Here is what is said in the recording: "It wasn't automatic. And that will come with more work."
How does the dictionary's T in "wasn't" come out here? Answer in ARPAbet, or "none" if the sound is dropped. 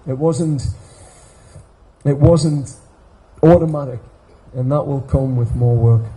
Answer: T